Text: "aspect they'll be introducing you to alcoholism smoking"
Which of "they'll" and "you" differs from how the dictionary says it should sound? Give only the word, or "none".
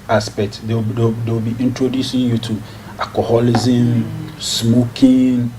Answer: they'll